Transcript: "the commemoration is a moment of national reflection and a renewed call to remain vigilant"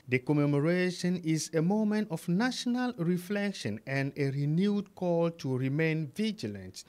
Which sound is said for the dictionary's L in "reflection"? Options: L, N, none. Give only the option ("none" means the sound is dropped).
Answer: L